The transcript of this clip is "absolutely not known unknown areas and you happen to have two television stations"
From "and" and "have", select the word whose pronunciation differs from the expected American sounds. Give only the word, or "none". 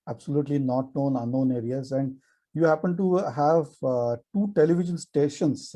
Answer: none